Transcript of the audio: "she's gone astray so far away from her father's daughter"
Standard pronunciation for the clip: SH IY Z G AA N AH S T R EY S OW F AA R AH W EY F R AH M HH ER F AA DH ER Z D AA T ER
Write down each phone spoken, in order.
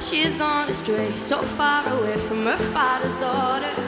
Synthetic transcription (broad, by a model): SH IY Z G AA N AH S T R EY S OW F AA R AH W EY F R AH M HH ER F AA DH ER Z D AA T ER